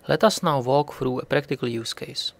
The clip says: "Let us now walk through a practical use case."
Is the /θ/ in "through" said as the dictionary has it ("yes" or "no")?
no